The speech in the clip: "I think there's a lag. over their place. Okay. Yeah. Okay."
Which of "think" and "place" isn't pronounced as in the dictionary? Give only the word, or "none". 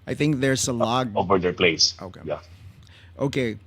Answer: none